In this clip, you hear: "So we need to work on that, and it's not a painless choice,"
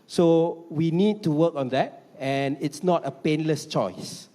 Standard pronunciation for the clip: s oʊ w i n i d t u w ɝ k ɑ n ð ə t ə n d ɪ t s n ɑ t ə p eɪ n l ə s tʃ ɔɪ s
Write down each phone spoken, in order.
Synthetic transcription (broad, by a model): s oʊ w i n i d t u w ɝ k ɑ n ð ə t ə n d ɪ t s n ɑ t ə p eɪ n l ə s tʃ ɔɪ s